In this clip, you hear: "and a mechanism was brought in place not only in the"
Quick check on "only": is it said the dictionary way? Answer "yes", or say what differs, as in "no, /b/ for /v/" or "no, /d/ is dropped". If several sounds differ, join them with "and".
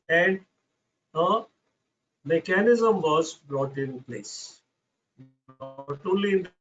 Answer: no, /n/ is dropped